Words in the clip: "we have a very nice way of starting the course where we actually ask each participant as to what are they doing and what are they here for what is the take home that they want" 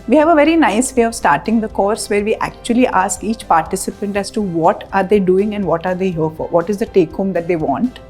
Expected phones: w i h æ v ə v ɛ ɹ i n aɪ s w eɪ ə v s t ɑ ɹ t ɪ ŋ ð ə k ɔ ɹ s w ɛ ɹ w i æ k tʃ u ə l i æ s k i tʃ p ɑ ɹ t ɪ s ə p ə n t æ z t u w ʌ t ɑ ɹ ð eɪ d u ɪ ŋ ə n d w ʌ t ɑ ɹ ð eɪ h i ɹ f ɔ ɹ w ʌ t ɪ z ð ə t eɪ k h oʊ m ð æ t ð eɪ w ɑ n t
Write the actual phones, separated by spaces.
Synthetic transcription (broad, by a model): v i h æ v ə v ɛ ɹ i n aɪ s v eɪ ə v s t ɑ ɹ t ɪ ŋ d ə k ɔ ɹ s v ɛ ɹ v i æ k tʃ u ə l i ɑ s k i tʃ p ɑ ɹ t ɪ s ə p ə n t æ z t u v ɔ t ɑ ɹ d eɪ d u ɪ ŋ ə n d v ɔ t ɑ ɹ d eɪ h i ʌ f ɔ ɹ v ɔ t ɪ z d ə t eɪ k h oʊ m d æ t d eɪ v ɑ n t